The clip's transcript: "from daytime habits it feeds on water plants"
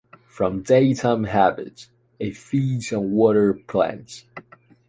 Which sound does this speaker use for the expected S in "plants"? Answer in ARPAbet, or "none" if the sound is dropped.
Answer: none